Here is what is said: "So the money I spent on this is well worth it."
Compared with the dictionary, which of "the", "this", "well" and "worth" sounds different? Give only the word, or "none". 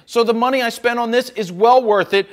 none